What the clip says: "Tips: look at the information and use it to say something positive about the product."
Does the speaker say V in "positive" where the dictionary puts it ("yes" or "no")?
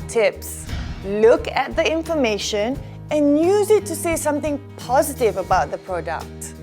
yes